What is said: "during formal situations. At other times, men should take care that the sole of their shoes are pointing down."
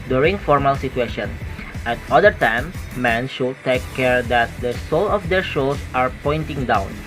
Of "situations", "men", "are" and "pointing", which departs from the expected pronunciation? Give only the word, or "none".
situations